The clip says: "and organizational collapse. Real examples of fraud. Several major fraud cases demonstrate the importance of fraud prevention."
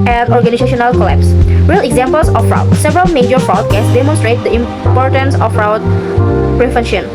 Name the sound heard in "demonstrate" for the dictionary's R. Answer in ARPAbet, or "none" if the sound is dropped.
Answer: R